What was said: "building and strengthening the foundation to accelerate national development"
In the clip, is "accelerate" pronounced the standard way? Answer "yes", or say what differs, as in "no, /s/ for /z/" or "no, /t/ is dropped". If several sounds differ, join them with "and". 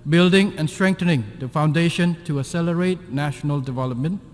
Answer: no, /k/ is dropped